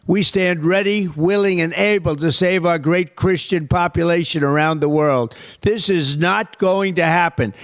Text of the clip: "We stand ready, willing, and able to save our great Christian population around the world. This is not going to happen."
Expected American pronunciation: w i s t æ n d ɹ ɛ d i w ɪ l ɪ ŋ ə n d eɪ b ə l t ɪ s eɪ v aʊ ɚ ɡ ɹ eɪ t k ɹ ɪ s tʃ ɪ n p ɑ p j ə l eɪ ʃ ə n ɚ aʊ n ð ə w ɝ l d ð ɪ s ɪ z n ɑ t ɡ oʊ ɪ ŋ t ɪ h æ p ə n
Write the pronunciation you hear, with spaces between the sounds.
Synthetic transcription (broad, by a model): w i s t æ n d ɹ ɛ d i w ɪ l ɪ ŋ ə n eɪ b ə l t ɪ s eɪ v aʊ ɚ ɡ ɹ eɪ t k ɹ ɪ s tʃ ɪ n p ɑ p j ə l eɪ ʃ ə n ɚ aʊ n ð ə w ɝ l d ð ɪ s ɪ z n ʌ t ɡ oʊ ɪ ŋ t ɪ h æ p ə n